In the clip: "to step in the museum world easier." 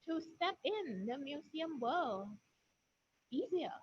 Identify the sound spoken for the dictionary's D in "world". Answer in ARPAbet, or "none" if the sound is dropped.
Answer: none